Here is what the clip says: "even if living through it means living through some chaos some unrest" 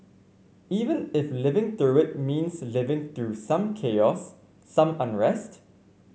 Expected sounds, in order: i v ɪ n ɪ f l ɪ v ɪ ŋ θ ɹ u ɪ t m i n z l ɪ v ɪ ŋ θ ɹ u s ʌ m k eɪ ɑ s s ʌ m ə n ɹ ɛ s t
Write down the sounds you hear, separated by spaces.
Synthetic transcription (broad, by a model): i v ɪ n ɪ f l ɪ v ɪ ŋ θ ɹ u ɪ t m i n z l ɪ v ɪ ŋ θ ɹ u s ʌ m k eɪ ɑ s s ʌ m ə n ɹ ɛ s t